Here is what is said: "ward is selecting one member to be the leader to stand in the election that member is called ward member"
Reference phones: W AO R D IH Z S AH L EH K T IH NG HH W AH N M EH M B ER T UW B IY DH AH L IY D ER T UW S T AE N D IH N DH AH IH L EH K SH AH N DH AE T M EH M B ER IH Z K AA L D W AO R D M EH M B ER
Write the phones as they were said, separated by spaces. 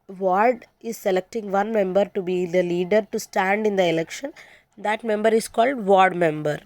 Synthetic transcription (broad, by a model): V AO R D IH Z S AH L EH K T IH NG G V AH N M EH M B ER T UW B IY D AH L IY D ER T UW S T AE N D IH N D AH IH L EH K SH AH N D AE T M EH M B ER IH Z K AA L D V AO R D M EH M B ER